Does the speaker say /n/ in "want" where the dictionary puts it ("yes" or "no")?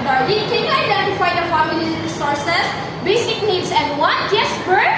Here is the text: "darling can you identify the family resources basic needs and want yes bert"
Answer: no